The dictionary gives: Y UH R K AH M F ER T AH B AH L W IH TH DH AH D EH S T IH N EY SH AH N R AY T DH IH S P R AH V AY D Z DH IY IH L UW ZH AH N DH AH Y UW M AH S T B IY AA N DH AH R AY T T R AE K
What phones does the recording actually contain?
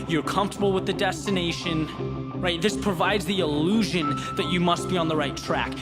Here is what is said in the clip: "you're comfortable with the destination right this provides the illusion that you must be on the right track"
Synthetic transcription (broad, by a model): Y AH R K AH M F T AH B L W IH DH AH D EH S T IH N EY SH AH N R AY T DH IH S P R AH V AY D Z DH IY IH L UW ZH AH N DH AH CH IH M AH S T B IY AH N DH AH R AY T T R AE K